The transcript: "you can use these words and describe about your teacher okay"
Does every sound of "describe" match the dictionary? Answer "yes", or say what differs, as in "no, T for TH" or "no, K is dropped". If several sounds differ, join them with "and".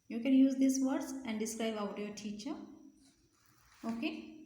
no, B is dropped